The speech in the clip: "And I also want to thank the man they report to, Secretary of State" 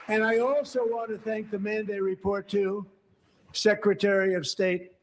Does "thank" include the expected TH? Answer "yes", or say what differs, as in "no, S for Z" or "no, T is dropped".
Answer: yes